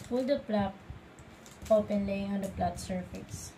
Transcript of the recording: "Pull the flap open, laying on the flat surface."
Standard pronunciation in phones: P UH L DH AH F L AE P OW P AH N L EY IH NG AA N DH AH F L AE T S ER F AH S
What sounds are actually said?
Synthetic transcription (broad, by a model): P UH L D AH P L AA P OW P AH N L EY IH NG AA N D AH P L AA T S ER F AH S